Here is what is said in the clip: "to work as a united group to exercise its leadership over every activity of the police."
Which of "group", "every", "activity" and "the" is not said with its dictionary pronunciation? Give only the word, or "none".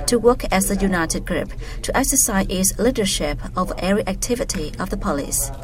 every